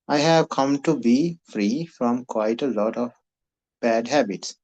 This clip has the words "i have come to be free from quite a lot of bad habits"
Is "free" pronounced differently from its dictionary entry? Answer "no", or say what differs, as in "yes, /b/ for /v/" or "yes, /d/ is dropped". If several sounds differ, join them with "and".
no